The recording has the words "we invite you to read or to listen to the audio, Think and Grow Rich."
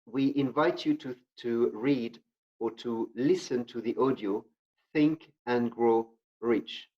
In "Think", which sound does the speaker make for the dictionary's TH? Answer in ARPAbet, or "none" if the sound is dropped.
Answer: TH